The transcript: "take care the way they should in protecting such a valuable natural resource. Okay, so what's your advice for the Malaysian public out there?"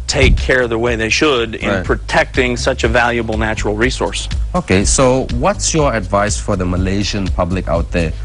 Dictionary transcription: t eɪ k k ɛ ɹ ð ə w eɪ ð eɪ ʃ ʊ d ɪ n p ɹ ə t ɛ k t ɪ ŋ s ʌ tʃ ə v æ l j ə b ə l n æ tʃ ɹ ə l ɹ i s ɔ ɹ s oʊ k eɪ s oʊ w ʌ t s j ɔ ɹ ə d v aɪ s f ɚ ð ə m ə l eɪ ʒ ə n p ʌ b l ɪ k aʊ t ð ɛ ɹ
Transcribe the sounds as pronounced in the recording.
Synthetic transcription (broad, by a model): t eɪ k k ɛ ɹ ð ə w eɪ ð eɪ ʃ ʊ d ɪ n p ɹ ə t ɛ k t ɪ ŋ s ʌ tʃ ə v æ l j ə b l n æ tʃ ɹ l ɹ i s ɔ ɹ s oʊ k eɪ s oʊ w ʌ t s j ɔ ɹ ə d v aɪ s f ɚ ð ə m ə l eɪ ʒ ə n p ʌ b l ɪ k aʊ t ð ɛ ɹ